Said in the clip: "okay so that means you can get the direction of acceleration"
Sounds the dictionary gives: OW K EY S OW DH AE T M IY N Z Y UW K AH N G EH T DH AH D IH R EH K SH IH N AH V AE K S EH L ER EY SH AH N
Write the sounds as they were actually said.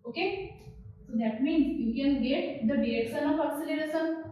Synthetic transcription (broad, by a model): OW K EY S OW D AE T M IY N Z Y UW K AH N G EH T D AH D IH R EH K S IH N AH F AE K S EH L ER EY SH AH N